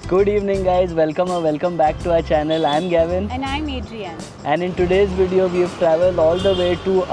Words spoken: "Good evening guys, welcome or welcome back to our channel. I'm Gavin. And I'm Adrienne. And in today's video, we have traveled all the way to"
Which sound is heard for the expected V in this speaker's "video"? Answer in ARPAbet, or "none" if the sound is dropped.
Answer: V